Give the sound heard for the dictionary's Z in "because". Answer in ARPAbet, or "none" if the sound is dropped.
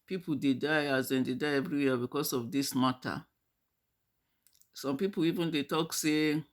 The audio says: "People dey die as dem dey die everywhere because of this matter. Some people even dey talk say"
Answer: S